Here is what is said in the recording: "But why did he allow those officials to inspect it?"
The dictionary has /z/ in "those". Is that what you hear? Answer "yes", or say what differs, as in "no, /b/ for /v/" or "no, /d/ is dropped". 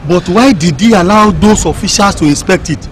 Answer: no, /s/ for /z/